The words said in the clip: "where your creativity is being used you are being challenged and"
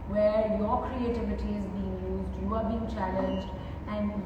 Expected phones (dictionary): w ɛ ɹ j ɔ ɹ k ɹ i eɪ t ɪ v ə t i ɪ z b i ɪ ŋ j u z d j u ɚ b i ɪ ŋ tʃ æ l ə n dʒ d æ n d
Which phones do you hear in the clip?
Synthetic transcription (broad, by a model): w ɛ ɹ j ɔ ɹ k ɹ i eɪ t ɪ v ə t i ɪ z b i ɪ ŋ j u z d j u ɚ b i ɪ ŋ tʃ æ l ə n dʒ d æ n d